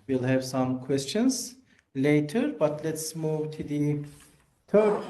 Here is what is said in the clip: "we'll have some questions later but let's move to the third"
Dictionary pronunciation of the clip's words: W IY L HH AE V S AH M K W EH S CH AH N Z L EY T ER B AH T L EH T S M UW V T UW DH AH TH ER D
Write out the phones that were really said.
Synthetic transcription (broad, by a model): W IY L HH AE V S AH M K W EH S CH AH N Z L EY T ER B AH T L EH T S M UW V T UW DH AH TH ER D